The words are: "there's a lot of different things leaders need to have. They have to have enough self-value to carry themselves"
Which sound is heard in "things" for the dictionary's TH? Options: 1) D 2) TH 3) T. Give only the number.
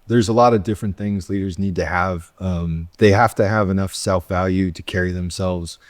2